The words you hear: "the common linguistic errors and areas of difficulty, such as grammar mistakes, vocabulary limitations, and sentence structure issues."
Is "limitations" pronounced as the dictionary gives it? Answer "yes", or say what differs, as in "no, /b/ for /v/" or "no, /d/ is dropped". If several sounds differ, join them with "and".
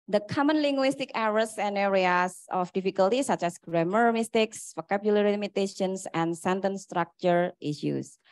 no, /s/ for /z/